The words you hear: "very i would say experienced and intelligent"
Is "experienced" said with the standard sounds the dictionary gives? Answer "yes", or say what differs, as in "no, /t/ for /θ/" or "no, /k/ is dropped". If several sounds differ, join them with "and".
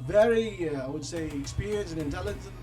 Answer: no, /t/ is dropped